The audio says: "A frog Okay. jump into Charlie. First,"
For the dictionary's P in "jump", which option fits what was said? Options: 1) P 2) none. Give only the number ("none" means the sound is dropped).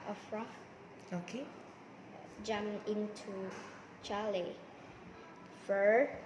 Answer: 2